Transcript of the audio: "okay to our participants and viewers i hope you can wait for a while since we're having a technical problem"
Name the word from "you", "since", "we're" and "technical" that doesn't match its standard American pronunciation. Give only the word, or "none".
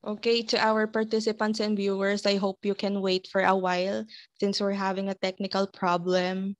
none